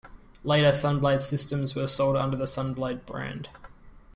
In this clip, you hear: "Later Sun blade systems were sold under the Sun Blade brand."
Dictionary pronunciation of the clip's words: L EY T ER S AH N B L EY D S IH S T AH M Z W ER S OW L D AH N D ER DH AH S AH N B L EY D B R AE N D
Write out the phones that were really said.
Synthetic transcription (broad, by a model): L EY T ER S AH N B L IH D S IH S T AH M Z W ER S OW L D AH N D ER DH AH S AH N B L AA D B R AE N D